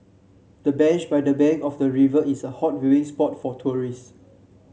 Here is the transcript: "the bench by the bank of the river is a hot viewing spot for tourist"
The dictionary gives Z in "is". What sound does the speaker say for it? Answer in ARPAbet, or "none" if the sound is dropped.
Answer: S